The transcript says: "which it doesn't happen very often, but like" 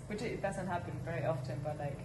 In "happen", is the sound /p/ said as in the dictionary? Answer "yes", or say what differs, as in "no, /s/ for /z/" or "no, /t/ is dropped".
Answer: no, /b/ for /p/